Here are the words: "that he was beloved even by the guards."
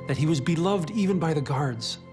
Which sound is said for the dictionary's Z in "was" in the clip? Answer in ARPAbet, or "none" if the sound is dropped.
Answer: Z